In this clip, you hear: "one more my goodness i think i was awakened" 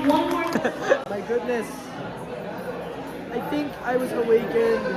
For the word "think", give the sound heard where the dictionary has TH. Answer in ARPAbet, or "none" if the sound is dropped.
TH